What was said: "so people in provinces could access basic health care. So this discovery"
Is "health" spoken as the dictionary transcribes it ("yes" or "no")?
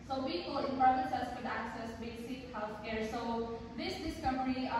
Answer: no